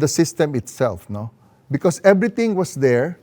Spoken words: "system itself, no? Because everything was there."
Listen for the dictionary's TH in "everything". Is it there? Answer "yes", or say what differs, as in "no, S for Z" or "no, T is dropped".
no, T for TH